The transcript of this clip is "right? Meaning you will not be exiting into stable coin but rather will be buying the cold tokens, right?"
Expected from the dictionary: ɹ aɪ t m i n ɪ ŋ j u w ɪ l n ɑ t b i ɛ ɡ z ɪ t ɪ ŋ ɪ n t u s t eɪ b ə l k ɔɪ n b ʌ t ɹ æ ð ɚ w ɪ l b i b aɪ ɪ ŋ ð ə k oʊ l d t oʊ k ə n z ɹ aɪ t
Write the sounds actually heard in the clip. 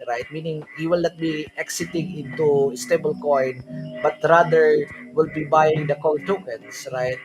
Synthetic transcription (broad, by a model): ɹ aɪ t m i n ɪ ŋ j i w ɪ l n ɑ t b i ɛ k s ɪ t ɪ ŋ ɪ n t u s t eɪ b ə l k ɔɪ n b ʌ t ɹ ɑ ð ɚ w ɪ l b i b aɪ ɪ ŋ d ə k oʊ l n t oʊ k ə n s ɹ aɪ t